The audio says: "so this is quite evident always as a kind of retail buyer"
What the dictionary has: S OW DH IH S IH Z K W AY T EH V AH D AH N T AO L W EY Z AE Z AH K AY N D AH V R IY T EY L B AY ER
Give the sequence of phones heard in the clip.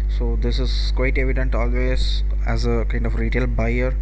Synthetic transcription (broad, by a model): S OW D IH S IH Z K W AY T EH V AH D AH N T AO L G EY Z AE Z AH K AY N D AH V R IY T EY L B AY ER